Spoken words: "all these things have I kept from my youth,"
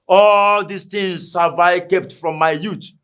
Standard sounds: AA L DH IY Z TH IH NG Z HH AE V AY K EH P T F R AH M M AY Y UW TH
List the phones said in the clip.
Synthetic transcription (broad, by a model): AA L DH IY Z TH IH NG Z HH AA V AY K EH P T F R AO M M AY Y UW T